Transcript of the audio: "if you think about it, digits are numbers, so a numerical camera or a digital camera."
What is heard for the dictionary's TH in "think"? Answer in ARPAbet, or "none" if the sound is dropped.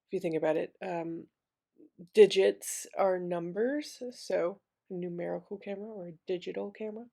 TH